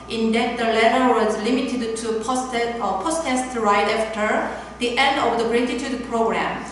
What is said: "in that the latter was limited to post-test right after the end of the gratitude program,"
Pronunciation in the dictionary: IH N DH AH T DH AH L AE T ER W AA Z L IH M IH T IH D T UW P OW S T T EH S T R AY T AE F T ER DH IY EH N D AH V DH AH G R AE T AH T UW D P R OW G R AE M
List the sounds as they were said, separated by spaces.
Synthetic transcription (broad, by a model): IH N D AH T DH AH L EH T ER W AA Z L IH M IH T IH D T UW P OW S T T EH S T R AY T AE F T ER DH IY EH N D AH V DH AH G R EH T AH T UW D P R OW G R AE M